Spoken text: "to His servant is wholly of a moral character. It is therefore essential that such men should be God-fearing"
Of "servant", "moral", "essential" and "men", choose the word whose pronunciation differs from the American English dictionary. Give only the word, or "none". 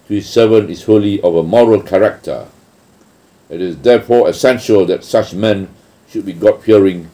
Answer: servant